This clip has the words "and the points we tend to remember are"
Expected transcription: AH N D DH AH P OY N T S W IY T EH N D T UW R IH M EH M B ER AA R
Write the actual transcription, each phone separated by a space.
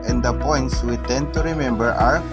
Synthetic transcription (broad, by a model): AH N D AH P OY N T S W IY T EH N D T UW R IH M EH M B ER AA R